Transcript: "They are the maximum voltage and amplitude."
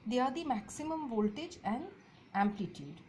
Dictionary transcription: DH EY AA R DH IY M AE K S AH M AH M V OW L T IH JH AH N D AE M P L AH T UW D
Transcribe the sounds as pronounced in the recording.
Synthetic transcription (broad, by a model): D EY AA R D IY M AE K S AH M AH M V OW L T IH JH AH N D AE M P L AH T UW D